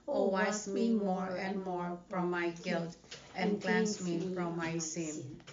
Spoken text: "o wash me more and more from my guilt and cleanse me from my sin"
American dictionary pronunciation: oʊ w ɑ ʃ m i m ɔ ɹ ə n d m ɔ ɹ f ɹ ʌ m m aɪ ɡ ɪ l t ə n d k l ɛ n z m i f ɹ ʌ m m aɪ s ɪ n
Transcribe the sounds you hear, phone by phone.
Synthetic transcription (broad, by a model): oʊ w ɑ s m i m ɔ ɹ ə n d m ɔ ɹ f ɹ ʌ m m aɪ ɡ ɪ l t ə n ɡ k l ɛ n s m i f ɹ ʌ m m aɪ s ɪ n